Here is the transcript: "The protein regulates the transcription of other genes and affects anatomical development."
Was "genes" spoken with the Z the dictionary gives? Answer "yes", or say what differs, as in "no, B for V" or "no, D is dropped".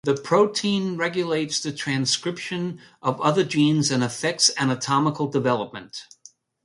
yes